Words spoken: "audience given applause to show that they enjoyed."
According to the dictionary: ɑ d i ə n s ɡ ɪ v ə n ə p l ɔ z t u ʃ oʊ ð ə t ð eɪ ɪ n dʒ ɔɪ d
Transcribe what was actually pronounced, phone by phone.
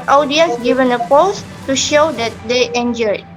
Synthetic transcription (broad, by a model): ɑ d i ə n s ɡ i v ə n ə p ɔ s t u ʃ oʊ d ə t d eɪ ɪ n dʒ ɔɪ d